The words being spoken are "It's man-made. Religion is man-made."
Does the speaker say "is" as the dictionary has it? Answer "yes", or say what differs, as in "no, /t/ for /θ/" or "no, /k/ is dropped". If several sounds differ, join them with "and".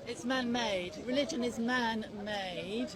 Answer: yes